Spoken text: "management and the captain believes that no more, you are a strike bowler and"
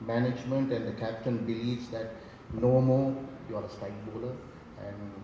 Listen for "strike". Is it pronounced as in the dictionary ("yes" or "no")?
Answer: no